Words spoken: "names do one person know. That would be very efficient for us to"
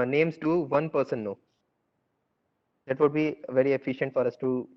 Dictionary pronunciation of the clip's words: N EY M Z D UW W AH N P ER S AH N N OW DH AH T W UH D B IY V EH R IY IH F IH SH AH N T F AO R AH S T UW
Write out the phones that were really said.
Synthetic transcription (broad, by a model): N EY M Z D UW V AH N P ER S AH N N OW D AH T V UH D B IY V EH R IY IH F IH SH AH N T F AO R AH S T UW